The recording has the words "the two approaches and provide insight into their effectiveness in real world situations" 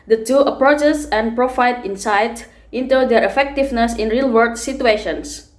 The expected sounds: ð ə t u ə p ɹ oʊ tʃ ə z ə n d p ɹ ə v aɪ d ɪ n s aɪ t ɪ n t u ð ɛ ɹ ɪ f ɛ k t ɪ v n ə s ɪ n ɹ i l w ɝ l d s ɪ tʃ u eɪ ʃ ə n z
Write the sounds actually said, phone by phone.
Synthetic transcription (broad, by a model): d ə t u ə p ɹ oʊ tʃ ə s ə n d p ɹ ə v aɪ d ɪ n s aɪ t ɪ n t u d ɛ ɹ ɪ f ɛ k t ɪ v n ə s ɪ n ɹ i l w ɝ d s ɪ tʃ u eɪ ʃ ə n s